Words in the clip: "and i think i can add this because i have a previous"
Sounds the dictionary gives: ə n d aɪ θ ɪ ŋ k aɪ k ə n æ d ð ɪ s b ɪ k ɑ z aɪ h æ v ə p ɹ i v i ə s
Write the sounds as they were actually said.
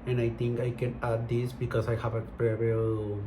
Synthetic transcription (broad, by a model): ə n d aɪ t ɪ ŋ k aɪ k ə n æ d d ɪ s b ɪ k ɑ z aɪ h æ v ə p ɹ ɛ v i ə